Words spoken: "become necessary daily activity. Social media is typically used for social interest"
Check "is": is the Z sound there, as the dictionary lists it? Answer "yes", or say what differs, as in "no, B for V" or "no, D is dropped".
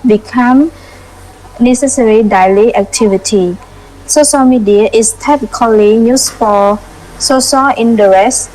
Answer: no, S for Z